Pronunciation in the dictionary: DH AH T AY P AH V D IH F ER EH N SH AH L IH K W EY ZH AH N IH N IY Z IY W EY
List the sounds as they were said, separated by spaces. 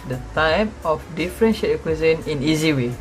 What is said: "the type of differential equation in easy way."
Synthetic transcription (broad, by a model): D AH T AY P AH F D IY F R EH N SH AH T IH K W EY Z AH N IH N IY Z IY W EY